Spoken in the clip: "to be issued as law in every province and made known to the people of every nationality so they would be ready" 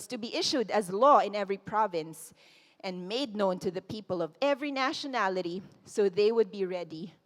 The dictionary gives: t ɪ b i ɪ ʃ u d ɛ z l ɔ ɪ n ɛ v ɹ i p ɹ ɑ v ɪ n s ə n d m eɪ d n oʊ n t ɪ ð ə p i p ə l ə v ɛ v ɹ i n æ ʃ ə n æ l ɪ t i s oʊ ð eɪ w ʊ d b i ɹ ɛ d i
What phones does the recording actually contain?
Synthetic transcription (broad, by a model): t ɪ b i ɪ ʃ u d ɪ z l ɔ ɪ n ɛ v ɹ i p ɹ ɑ v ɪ n s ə n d m eɪ d n oʊ n t ɪ ð ə p i p ə l ə v ɛ v ɹ i n æ ʃ ə n æ l ɪ t i s oʊ ð eɪ w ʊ d b i ɹ ɛ d i